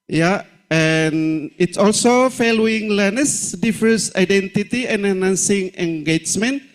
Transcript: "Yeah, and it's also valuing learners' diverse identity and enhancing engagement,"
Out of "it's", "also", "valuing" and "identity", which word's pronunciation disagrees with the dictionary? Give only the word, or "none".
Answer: valuing